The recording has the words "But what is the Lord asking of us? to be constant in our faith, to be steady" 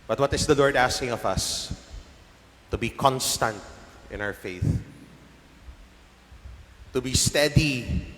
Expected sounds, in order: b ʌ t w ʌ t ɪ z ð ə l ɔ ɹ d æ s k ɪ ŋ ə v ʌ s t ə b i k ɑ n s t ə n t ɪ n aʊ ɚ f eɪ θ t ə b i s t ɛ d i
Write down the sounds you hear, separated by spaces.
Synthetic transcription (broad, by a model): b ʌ t w ʌ t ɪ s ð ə l ɔ ɹ d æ s k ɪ ŋ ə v ʌ s t ə b i k ɑ n s t ə n t ɪ n aʊ ɚ f eɪ θ t ə b i s t ɛ d i